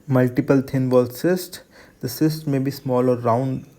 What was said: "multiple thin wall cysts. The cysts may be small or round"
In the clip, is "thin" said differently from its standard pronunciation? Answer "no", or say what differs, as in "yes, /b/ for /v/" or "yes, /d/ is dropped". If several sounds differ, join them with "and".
yes, /t/ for /θ/